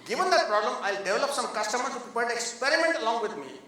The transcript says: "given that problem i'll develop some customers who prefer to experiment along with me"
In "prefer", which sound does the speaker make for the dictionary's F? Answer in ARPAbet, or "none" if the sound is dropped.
P